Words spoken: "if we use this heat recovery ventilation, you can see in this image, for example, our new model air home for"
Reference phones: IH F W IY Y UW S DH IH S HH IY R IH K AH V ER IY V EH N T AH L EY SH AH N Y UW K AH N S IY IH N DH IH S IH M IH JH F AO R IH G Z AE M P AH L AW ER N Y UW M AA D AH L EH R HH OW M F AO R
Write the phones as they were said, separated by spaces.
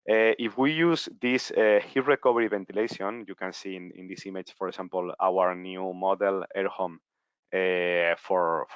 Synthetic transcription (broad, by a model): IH F W IY Y UW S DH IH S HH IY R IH K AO B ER IY B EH N T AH L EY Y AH N Y UW K AH N S IY IH N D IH S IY M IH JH F AO R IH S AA M P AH L AW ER N Y UW M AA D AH L EH R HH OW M F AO R